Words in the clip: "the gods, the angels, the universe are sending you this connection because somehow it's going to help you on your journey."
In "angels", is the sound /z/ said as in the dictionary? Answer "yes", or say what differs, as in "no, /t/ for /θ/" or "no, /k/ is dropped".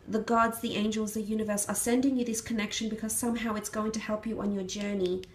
yes